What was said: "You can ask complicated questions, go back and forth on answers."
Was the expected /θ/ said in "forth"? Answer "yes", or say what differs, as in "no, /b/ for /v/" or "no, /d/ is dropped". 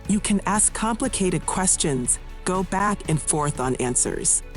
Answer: yes